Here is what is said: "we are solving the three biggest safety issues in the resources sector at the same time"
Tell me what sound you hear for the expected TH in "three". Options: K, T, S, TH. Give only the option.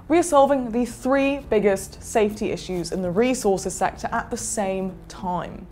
TH